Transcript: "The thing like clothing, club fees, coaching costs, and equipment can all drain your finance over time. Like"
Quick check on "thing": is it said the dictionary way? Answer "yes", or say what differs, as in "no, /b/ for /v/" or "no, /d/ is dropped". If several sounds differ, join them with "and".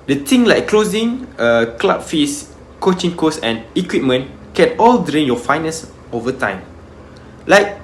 no, /t/ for /θ/